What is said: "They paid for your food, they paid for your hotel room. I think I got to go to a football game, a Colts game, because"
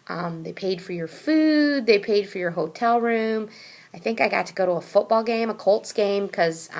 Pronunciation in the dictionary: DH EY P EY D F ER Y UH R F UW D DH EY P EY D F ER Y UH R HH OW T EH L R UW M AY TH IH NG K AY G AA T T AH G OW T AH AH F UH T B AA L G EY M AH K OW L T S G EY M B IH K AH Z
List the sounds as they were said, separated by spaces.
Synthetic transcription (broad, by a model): DH EY P EY D F ER Y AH R F UW D DH EY P EY D F ER Y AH R HH OW T EH L R UW M AY TH IH NG K AY G AA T T AH G OW T AH AH F UH T B AA L G EY M AH K OW L T S G EY M K AH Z